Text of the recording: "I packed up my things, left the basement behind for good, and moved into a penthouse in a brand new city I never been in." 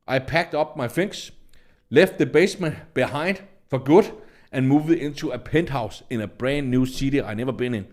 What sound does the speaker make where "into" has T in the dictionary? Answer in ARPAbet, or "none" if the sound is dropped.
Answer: S